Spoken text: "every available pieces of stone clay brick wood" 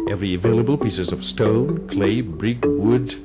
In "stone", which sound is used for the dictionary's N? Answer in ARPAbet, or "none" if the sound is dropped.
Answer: N